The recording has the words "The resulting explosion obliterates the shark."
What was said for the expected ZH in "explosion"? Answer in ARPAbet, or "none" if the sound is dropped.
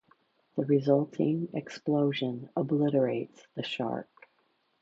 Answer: ZH